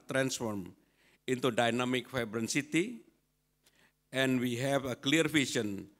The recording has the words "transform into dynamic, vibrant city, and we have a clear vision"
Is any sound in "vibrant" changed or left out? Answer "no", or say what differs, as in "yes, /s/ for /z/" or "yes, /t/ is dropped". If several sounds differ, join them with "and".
yes, /f/ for /v/